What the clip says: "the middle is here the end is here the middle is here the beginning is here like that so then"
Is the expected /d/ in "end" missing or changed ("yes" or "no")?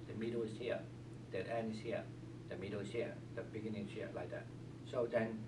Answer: yes